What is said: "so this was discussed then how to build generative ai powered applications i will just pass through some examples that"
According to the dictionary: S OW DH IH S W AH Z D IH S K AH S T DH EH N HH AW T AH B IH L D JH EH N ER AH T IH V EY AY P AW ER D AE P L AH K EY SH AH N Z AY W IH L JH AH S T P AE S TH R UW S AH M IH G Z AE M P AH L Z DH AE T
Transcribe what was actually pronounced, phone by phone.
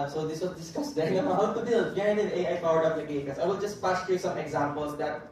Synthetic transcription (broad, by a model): S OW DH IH S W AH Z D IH S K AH S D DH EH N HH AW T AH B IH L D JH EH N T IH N EY AY F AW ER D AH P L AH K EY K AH Z AY W IH L JH AH S T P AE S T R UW S AH M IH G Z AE M P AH L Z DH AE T